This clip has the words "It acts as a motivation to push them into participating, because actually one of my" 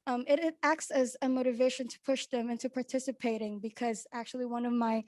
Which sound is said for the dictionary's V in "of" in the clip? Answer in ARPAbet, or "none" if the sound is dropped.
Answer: V